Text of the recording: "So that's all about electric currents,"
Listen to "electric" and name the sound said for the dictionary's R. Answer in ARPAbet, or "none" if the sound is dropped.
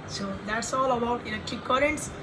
none